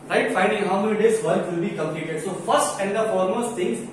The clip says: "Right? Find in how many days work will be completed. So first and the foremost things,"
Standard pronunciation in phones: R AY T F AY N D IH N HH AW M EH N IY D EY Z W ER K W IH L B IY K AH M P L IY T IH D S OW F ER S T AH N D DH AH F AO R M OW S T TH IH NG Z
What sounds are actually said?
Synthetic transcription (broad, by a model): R AY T F AY N D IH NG HH AW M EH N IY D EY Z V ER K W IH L B IY K AH M P L IY T IH D S OW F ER S T AH N D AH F AO L M OW S T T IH NG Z